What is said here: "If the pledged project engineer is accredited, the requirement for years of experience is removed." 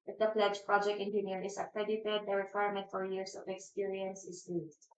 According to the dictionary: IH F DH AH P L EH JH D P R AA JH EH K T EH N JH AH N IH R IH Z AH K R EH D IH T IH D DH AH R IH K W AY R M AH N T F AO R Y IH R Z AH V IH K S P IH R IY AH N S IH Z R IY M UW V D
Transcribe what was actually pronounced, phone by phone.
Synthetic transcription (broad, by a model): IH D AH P L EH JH P R AA JH EH K T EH N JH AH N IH R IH S AH K R EH D IH T IH D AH R IH K W AY R M AH N T F AO R Y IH R S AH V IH K S P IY R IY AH N S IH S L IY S